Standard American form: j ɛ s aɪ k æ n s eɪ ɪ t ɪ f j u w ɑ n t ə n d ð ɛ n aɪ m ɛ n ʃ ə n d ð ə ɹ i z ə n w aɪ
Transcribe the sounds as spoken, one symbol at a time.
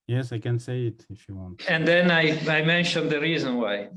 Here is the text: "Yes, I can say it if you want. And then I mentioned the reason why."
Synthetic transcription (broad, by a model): j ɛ s aɪ k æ n s eɪ ɪ t ɪ f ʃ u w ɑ n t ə n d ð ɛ n aɪ m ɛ n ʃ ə n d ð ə ɹ i z ə n w aɪ